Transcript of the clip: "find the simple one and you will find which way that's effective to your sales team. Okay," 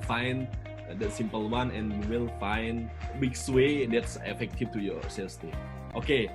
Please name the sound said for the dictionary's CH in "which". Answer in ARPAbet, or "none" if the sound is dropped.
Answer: S